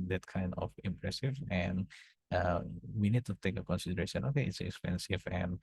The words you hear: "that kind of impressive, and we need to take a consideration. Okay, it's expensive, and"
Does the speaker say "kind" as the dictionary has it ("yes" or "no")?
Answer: yes